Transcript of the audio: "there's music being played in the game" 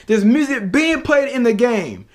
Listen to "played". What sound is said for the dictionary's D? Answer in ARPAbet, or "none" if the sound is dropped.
D